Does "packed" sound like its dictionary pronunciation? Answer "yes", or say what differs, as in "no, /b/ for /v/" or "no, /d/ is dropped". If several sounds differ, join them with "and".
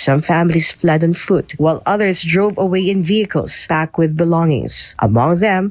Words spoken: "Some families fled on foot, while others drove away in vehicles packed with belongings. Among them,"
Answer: no, /b/ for /p/